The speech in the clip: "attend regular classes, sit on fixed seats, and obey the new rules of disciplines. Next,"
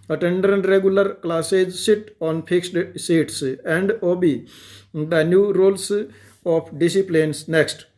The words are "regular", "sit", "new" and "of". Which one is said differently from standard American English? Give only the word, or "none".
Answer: of